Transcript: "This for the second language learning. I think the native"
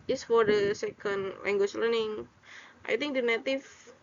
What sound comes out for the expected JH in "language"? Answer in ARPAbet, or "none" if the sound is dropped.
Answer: CH